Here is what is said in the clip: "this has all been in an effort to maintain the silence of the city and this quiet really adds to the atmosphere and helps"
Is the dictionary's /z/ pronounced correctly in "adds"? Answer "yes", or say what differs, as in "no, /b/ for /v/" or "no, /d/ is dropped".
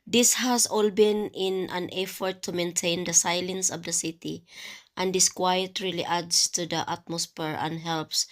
no, /s/ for /z/